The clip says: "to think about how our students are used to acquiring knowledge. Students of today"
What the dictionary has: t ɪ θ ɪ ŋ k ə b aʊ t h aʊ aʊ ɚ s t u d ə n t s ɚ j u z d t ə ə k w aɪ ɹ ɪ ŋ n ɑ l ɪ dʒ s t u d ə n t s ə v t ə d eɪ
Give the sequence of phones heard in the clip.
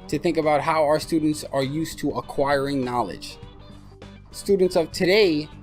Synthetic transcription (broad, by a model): t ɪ θ ɪ ŋ k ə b aʊ t h aʊ aʊ ɚ s t u d n t s ɚ j u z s t ə ə k w aɪ ɹ ɪ ŋ n ɑ l ɪ dʒ s t u d n t s ə v t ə d eɪ